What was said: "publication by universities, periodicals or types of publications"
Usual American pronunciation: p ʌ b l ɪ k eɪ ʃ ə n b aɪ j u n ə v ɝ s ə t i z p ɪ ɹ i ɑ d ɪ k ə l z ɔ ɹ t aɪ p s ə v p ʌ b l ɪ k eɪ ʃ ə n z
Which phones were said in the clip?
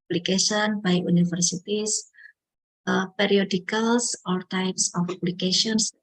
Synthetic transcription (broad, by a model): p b l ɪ k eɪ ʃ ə n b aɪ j u n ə f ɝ s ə t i s p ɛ ɹ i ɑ d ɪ k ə l s ɔ ɹ t aɪ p s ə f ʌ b l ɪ k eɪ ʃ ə n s